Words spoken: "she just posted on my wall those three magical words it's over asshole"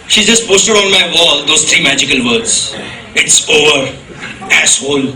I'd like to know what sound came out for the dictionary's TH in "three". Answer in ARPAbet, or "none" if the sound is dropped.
T